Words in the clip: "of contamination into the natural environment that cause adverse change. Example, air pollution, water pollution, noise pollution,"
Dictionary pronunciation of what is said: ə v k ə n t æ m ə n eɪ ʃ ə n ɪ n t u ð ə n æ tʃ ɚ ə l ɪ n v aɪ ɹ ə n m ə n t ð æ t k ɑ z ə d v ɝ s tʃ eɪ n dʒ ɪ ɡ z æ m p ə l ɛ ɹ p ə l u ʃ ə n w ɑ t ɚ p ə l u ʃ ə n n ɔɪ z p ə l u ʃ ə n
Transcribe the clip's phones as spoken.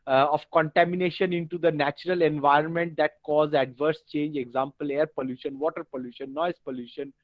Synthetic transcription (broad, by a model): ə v k ə n t æ m ə n eɪ ʃ ə n ɪ n t u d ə n æ tʃ ɚ ə l ɪ n v aɪ ɹ ə n m ə n t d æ t k ɑ z ə d v ɝ s tʃ eɪ n dʒ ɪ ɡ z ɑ m p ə l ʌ ɹ p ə l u ʃ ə n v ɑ t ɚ p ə l u ʃ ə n n ɔɪ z p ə l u ʃ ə n